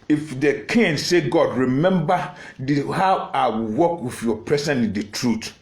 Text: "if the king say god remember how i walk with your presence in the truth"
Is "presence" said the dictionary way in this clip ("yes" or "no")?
no